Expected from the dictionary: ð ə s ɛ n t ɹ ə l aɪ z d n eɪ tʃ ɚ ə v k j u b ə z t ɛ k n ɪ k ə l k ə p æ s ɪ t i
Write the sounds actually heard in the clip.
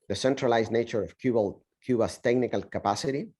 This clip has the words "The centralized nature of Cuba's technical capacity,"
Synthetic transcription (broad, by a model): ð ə s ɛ n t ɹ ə l aɪ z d n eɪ tʃ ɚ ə b k j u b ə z t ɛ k n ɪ k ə l k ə p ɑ s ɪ t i